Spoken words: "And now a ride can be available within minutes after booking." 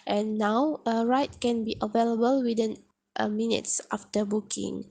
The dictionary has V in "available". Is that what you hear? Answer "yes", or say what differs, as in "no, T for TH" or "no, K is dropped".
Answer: yes